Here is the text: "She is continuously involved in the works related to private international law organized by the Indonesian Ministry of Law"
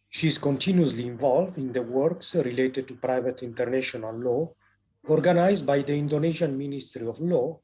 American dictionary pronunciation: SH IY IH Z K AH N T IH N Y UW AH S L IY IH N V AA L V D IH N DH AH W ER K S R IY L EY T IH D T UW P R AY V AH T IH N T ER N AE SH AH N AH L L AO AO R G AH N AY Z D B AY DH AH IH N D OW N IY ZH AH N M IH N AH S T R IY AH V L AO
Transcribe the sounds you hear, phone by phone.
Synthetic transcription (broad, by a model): SH IY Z K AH N T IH N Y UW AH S L IY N V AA L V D IH N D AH W ER K S R IY L EY T IH D T UW P R AY V AH T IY N T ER N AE SH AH N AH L L AO AO R G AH N AY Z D B AY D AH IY N D OW N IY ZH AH N M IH N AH S T R IY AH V L AO